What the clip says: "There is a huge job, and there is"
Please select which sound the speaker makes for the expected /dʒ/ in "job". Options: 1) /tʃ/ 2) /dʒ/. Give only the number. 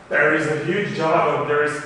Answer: 2